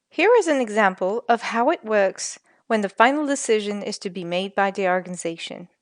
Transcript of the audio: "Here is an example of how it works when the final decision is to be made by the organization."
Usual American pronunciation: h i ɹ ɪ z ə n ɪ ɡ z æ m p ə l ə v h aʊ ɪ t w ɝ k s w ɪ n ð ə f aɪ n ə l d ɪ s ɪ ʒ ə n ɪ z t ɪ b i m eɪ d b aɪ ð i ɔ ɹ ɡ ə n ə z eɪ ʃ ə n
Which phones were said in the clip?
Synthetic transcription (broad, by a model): h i ɹ ɪ z ə n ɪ ɡ z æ m p l ə v h aʊ ɪ t w ɝ k s w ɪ n ð ə f aɪ n l d ɪ s ɪ ʒ ə n ɪ z t ɪ b i m eɪ d b aɪ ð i ɔ ɹ ɡ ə n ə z eɪ ʃ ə n